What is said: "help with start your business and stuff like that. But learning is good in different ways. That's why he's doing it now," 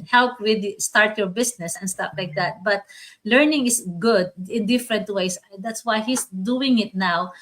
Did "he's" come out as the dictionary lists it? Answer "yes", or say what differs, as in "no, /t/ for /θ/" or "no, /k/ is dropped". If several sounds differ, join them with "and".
no, /s/ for /z/